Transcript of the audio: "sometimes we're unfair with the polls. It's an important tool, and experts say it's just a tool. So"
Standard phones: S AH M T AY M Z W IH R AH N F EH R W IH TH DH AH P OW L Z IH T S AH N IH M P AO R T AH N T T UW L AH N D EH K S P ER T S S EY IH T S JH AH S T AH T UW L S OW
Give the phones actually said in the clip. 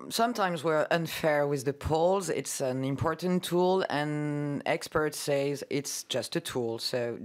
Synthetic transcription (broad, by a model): S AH M T AY M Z W IH R AH N F EH R W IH DH AH P OW L Z IH T S AH N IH M P AO R T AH N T T UW L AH N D EH K S P ER T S S EY IH T S JH AH S T AH T UW L S OW